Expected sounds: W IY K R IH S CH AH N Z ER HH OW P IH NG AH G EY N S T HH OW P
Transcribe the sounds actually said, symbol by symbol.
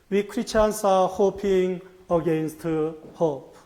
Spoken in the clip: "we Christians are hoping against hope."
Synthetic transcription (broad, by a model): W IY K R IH CH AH N S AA HH OW P IH NG AH G EY N S T HH OW P